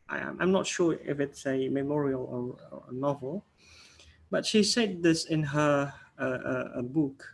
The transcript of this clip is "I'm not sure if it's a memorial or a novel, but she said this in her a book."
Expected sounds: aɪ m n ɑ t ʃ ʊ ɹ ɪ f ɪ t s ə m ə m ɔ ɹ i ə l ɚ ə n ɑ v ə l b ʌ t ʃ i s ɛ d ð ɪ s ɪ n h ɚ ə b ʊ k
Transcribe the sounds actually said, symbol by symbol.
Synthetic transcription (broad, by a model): aɪ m n ɑ t ʃ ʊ ɪ f ɪ t s ə m ə m ɔ ɹ i ə l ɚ ə n ɑ v ə l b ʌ t ʃ i s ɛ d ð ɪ s ɪ n h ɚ ə b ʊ k